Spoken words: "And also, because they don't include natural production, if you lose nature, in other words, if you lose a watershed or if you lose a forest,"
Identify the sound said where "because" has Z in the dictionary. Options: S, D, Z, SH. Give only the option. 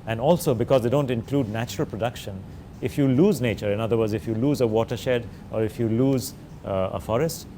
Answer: Z